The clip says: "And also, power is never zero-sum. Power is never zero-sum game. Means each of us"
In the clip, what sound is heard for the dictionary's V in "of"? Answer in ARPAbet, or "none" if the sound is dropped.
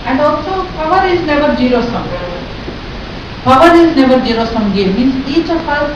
P